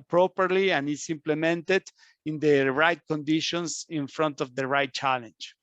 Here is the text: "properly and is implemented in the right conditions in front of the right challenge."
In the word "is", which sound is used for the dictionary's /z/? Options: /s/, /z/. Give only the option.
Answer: /s/